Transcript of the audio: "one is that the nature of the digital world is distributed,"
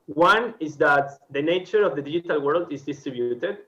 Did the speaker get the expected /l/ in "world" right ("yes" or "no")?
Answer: yes